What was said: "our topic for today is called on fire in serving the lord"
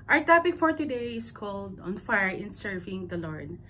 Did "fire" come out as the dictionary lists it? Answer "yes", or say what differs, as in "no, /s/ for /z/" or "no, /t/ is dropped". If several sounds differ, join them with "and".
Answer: yes